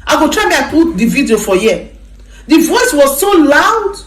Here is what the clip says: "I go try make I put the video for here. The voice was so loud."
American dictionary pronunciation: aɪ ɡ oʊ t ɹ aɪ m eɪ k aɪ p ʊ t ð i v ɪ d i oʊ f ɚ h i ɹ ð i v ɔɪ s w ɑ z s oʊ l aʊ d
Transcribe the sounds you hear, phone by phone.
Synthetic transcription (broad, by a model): aɪ ɡ oʊ t ɹ aɪ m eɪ aɪ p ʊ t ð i v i d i oʊ f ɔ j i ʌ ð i v ɔɪ s w ɑ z s oʊ l aʊ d